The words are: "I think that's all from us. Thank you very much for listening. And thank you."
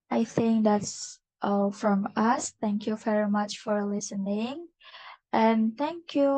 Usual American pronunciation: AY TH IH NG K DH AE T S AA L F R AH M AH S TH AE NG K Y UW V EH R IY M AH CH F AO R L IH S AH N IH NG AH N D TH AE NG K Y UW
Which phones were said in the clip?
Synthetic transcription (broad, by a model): AY TH IH NG K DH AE T S AA L F R AH M AH S TH AE NG K Y UW V EH R IY M AH CH F AO R L IH S AH N IH NG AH N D TH AE NG K Y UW